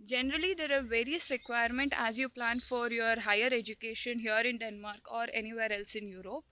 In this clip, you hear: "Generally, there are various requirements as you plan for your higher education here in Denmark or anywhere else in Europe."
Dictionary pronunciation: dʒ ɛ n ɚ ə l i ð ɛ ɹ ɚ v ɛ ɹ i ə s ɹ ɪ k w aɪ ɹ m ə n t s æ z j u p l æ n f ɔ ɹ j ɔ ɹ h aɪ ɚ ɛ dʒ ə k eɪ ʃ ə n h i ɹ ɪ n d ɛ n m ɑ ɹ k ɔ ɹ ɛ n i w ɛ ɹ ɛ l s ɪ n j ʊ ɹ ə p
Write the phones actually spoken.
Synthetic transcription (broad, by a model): dʒ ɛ n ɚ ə l i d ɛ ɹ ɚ v ɛ ɹ i ə s ɹ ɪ k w aɪ ɹ m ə n t æ z j u p l æ n f ɔ ɹ j ɔ ɹ h aɪ ɚ ɛ dʒ ə k eɪ ʃ ə n h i ɹ ɪ n d ɛ n m ɑ ɹ k ɔ ɹ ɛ n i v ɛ ɹ ɛ l s ɪ n j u ɹ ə p